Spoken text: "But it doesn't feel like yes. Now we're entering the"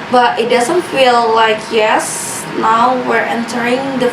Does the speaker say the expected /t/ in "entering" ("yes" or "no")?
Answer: yes